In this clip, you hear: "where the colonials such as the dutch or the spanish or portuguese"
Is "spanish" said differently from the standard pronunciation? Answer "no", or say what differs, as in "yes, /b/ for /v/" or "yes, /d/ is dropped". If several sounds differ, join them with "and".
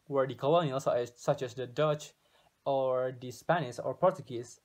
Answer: yes, /s/ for /ʃ/